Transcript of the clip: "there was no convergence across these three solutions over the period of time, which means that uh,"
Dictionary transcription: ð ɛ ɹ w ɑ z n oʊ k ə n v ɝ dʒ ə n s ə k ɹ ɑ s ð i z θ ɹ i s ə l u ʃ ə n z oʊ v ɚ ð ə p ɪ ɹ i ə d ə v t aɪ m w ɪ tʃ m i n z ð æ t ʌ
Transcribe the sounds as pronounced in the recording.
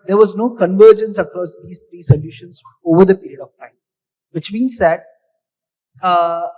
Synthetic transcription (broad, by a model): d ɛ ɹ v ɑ z n oʊ k ə n v ɝ dʒ ə n s ə k ɹ ɑ s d i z t ɹ i s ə l u ʃ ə n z oʊ v ɚ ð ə p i ɹ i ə d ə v t aɪ m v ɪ tʃ m i n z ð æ t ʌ